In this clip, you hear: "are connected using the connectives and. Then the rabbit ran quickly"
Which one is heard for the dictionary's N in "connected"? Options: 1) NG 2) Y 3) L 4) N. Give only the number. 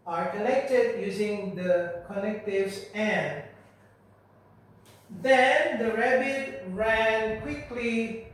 3